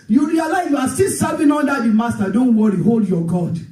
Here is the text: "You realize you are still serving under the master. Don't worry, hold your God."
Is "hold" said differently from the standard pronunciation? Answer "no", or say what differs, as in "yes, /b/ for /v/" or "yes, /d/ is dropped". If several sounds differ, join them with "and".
no